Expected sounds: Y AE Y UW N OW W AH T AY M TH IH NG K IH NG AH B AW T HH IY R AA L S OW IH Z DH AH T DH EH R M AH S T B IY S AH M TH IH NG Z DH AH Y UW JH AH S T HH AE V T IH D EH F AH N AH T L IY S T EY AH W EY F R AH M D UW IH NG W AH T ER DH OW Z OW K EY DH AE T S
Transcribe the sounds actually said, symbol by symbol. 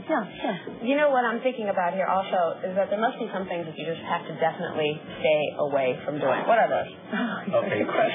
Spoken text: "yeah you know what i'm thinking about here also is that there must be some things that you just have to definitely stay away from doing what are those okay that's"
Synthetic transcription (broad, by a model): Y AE Y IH N OW W AH T AY M TH IH NG K IH NG AH B AW T HH IY R AA L S OW IH Z DH AH T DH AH R M AH S T B IY S AH M TH IH NG Z DH AH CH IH JH AH S T HH AE F T IH D EH F AH N AH T L IY S T EY AH W EY F R AH M D UW IH NG W AH T ER DH OW Z OW K EY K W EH